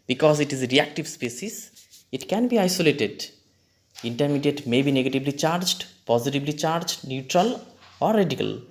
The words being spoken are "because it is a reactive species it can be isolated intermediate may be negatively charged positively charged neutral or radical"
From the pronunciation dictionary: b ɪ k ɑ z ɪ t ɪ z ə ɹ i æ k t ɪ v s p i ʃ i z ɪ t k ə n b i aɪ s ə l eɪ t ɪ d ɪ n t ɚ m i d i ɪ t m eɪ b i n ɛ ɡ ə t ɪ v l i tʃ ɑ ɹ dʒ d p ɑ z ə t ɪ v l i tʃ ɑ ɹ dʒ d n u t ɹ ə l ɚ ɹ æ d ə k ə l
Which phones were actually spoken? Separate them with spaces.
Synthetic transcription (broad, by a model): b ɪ k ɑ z ɪ t ɪ z ə ɹ i æ k t ɪ v s p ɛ s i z ɪ t k ə n b i aɪ s ə l eɪ t ɪ d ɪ n t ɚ m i d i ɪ t m eɪ b i n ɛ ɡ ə t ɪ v l i tʃ ɑ ɹ dʒ d p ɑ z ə t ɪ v l i tʃ ɑ ɹ dʒ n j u t ɹ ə l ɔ ɹ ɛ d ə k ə l